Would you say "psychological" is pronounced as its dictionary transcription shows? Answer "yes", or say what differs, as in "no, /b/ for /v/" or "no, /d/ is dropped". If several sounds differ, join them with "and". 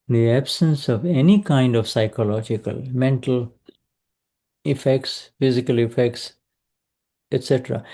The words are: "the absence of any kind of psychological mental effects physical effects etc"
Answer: yes